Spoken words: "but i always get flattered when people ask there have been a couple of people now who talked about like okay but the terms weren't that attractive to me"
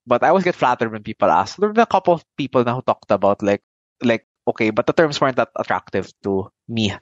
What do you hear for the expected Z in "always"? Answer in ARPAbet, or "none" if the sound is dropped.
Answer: S